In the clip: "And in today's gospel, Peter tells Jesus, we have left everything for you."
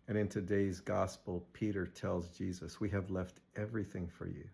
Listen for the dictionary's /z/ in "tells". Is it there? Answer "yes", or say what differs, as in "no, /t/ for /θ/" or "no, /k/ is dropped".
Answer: yes